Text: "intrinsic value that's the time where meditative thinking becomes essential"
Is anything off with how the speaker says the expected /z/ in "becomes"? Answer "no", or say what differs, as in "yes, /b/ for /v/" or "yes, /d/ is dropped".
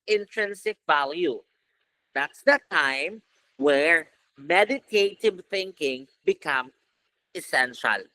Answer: yes, /z/ is dropped